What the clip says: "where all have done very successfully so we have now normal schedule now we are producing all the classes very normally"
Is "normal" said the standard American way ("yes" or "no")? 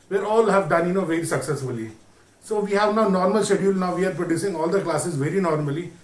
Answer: yes